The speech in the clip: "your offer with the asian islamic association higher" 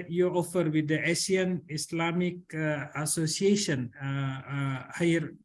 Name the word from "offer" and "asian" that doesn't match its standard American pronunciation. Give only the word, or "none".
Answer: asian